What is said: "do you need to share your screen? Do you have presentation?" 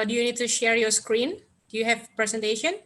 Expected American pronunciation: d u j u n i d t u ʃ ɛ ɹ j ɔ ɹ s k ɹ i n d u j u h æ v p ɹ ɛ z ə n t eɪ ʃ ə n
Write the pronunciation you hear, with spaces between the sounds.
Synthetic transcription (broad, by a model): d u j u n i d t u ʃ ɛ ɹ j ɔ s k ɹ i n d u j u h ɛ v p ɹ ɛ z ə n t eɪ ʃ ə n